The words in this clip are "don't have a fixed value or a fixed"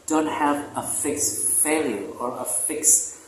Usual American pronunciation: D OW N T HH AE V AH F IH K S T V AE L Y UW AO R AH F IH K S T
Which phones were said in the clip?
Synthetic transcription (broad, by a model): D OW N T HH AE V AH F IH K S T F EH L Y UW AO R AH F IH K S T